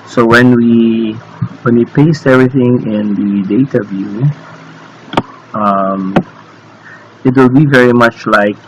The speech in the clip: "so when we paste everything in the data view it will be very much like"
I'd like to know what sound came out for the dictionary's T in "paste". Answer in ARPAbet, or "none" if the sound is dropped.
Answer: T